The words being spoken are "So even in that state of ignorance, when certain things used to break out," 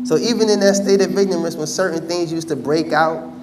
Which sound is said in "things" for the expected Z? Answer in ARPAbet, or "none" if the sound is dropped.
Z